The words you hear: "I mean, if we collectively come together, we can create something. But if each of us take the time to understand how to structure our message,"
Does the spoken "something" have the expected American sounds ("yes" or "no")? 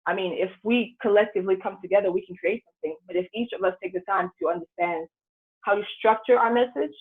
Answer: yes